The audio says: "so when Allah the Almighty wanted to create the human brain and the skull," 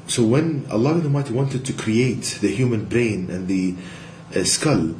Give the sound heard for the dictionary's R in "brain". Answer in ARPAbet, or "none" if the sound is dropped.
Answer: R